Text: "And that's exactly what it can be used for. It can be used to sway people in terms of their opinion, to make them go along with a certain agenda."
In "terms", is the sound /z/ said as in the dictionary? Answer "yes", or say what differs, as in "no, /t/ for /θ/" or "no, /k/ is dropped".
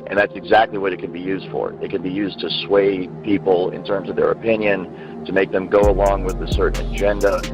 yes